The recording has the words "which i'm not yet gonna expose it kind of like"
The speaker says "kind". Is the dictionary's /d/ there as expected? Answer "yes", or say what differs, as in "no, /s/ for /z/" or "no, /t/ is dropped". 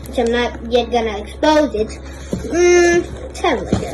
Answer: no, /d/ is dropped